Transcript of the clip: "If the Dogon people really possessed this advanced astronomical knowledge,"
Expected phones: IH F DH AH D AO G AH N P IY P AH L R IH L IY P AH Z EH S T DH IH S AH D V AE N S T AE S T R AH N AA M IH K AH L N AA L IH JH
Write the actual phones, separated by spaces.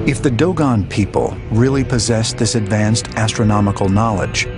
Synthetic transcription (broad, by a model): IH F DH AH D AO G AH N P IY P AH L R IH L IY P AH Z EH S DH IH S AH D V AE N S T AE S T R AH N AA M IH K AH L N AA L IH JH